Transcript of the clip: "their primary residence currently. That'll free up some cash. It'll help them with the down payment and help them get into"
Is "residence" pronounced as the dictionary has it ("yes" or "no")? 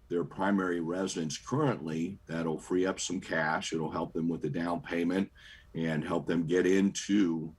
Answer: yes